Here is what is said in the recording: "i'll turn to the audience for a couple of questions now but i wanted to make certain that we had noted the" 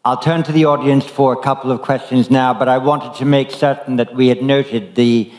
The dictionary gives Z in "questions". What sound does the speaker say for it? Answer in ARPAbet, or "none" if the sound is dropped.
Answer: Z